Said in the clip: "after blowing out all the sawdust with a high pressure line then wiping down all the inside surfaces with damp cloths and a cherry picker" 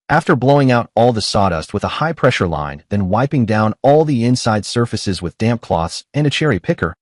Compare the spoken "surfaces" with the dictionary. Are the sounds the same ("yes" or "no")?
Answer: yes